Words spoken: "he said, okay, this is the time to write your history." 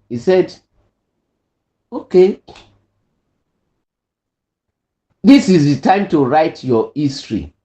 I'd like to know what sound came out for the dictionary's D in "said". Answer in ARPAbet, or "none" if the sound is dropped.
D